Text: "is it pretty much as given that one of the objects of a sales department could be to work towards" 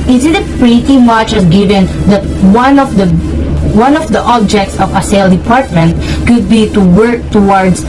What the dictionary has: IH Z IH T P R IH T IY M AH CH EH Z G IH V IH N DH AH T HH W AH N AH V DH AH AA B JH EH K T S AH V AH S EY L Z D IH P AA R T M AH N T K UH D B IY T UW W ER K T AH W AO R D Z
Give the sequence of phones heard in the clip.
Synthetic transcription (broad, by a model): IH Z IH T P R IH T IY M AH CH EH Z G IH V IH N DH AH T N W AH N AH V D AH AA B JH EH K T S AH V AH S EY L D IH P AA R T M AH N T K UH D B IY T UW W ER K T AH W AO R D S